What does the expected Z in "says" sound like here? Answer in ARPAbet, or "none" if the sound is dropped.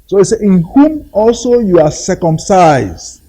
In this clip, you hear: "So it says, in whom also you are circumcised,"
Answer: none